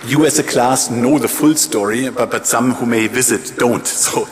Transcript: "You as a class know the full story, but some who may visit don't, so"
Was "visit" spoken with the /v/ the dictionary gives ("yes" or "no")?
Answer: yes